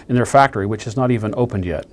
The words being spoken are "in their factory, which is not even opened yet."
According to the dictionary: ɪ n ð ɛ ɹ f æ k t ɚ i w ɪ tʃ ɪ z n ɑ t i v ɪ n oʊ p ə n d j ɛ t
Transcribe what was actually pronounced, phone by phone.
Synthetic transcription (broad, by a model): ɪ n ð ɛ ɹ f æ k t ɚ i w ɪ tʃ ɪ z n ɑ t i v ɪ n oʊ p ə n d j ɛ t